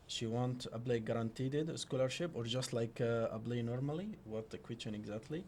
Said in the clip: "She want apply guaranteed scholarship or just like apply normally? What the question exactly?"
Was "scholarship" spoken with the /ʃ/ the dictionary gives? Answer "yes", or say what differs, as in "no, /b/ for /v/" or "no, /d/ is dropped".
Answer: yes